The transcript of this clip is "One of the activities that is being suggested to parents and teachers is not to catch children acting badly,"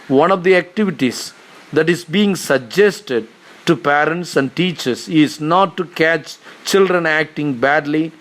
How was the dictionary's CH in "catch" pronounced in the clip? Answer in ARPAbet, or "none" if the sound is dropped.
CH